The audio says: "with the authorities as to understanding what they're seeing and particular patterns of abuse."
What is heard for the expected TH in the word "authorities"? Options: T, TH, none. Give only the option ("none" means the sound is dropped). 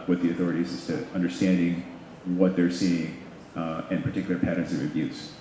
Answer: TH